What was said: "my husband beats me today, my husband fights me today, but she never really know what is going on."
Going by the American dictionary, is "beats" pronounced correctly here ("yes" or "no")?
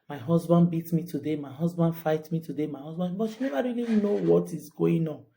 no